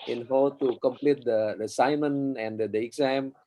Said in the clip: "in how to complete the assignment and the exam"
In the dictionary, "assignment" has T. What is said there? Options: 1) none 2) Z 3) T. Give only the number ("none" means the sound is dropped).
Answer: 1